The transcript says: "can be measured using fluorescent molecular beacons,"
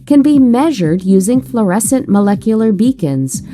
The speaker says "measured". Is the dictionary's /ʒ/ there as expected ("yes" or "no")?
yes